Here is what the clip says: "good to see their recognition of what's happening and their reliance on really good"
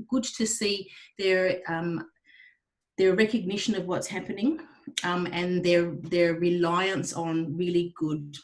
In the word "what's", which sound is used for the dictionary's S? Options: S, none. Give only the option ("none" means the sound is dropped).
S